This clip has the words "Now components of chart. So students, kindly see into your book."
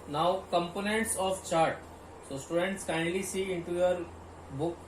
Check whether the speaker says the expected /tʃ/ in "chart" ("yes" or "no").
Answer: yes